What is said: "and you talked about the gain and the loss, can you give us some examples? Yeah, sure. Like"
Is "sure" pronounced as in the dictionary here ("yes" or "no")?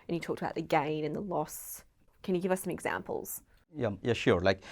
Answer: yes